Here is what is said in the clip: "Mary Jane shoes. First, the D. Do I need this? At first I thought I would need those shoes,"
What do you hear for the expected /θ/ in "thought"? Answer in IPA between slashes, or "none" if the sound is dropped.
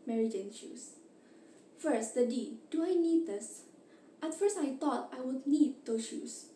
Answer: /t/